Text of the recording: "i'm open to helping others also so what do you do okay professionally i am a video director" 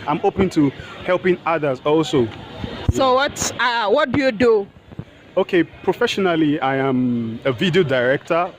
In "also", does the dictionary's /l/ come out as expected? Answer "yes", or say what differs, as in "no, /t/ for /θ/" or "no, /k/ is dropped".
yes